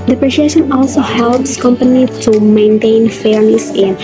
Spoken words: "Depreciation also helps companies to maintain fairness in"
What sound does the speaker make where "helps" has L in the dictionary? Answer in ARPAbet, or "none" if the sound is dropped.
L